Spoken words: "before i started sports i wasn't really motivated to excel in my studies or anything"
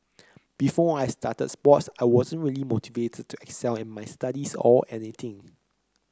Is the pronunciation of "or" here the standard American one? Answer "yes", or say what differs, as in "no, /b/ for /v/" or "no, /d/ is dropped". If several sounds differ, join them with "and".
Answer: no, /l/ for /ɹ/